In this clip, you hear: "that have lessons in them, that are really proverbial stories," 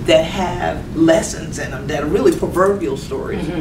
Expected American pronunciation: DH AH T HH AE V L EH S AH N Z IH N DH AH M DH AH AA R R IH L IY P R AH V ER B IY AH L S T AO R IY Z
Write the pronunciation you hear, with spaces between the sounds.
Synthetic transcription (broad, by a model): DH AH T HH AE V L EH S AH N Z IH N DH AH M DH AH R R IH L IY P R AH V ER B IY L S T AO R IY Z